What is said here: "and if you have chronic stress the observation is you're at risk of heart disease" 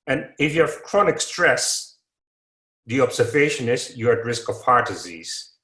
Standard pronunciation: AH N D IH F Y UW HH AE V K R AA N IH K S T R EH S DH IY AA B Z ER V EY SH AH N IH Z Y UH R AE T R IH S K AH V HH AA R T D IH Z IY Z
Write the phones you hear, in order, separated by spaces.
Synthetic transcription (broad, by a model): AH N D IH F Y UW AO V K R AA N IH K S T R EH S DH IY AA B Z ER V EY SH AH N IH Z Y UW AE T R IH S K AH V HH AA R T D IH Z IY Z